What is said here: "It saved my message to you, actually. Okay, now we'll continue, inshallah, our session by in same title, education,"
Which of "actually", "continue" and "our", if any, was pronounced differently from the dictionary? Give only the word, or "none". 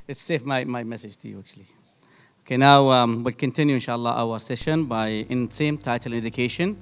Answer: none